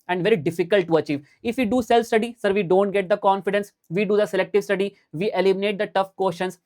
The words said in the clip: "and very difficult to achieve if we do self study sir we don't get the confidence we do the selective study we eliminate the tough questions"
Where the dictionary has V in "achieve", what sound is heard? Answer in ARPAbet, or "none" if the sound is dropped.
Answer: V